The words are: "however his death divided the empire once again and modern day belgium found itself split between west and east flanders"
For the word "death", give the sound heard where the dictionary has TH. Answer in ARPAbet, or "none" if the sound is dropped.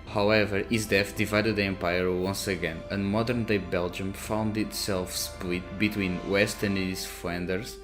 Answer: F